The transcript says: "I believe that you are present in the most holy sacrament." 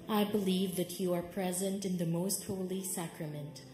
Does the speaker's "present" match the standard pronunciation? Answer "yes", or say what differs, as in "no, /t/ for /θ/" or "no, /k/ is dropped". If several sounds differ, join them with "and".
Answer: yes